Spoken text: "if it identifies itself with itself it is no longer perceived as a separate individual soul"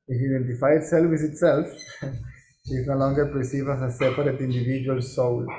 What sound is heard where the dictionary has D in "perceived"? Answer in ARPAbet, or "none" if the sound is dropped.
none